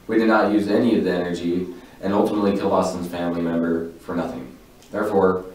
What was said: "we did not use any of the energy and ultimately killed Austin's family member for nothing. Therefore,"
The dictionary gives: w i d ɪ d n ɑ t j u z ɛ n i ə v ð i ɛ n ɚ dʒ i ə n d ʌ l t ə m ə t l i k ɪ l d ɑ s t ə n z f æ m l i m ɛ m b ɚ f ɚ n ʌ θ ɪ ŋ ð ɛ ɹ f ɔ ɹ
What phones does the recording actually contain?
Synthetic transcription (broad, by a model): w i d ɪ d n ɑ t j u z ɛ n i ə v ð i ɛ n ɚ dʒ i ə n ʌ l t ə m ə t l i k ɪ l ɑ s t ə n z f æ m l i m ɛ m b ɚ f ɚ n ʌ θ ɪ ŋ ð ɛ ɹ f ɔ ɹ